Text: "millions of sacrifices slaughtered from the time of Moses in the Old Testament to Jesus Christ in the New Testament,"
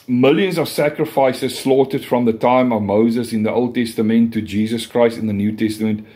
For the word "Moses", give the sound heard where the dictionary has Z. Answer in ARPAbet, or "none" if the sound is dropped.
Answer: Z